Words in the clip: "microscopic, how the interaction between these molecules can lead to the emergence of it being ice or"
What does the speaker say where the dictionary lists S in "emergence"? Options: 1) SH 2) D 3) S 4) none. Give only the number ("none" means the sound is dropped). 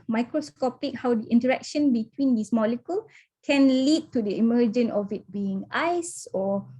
4